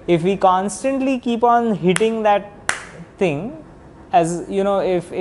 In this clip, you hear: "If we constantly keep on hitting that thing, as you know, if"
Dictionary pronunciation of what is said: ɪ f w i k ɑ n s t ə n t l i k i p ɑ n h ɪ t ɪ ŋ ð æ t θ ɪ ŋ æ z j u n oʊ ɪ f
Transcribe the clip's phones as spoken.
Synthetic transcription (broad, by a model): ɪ f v i k ɑ n s t ə n t l i k i p ɑ n h ɪ t ɪ ŋ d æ t t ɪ ŋ æ z j u n oʊ ɪ f